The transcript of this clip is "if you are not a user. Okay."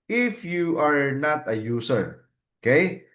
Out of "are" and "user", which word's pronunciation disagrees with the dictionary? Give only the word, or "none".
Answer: user